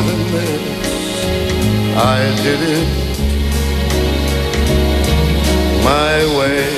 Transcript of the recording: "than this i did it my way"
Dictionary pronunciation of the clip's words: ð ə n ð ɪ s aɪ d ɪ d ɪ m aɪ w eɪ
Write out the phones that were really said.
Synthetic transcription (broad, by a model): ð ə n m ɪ aɪ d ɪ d ɪ m aɪ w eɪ